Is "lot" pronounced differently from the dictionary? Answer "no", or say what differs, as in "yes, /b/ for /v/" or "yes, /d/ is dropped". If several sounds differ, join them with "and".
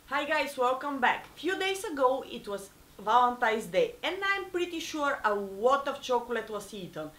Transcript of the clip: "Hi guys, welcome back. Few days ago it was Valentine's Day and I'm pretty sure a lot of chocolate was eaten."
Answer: yes, /w/ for /l/